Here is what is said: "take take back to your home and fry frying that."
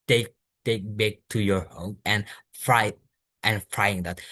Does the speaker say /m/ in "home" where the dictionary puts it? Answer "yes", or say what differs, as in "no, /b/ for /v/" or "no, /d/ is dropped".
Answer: no, /m/ is dropped